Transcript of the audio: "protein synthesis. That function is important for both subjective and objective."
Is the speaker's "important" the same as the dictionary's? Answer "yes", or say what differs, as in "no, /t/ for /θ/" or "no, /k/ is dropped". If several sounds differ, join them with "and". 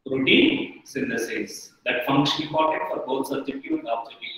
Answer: no, /m/ is dropped and /n/ is dropped